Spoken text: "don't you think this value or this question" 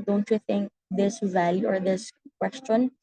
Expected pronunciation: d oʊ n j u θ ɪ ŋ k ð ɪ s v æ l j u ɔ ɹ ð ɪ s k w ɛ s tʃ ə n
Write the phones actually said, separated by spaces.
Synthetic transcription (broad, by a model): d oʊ n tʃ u θ ɪ ŋ k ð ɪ s v æ l j u ɔ ɹ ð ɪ s k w ɛ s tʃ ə n